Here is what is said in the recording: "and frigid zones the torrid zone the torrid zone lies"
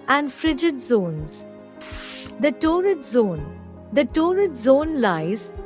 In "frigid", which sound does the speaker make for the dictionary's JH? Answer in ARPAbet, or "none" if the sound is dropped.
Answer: JH